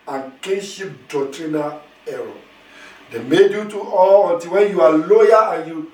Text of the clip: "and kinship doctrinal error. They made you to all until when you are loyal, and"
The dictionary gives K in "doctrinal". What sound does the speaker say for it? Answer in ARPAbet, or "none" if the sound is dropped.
none